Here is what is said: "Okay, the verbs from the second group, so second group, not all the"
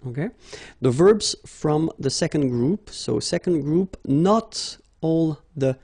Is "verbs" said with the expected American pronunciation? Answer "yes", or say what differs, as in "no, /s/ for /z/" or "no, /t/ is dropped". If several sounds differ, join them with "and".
yes